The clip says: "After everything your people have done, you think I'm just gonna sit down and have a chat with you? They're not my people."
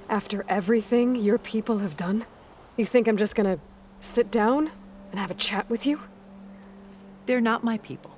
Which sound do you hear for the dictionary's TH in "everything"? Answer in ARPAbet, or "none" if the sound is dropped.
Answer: TH